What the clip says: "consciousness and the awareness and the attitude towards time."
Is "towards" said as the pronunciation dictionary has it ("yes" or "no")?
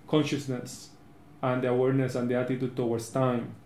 no